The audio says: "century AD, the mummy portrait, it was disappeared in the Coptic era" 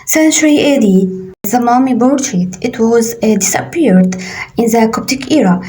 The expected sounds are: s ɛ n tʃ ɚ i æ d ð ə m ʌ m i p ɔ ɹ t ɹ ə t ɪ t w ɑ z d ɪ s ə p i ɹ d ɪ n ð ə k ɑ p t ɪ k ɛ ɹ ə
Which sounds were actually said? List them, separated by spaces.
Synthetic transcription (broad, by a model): s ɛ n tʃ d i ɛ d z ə m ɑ m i b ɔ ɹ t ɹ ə t ɪ t w ɑ z d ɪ s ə p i ɹ d ɪ n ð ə k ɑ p t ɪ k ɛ ɹ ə